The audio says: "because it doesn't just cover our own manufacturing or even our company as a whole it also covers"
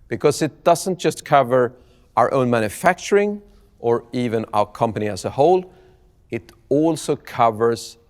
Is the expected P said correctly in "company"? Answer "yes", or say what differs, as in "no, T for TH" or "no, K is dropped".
yes